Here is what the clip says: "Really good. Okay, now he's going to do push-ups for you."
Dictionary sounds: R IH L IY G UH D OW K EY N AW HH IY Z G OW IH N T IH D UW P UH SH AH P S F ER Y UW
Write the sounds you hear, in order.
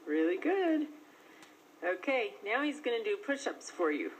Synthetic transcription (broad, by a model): R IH L IY G UH D OW K EY N AW HH IY Z G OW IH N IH D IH P UH SH AH P S F ER Y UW